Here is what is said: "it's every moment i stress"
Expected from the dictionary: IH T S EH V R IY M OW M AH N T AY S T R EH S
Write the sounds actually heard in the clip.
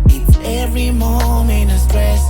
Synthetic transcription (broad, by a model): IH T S EH V R IY M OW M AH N IH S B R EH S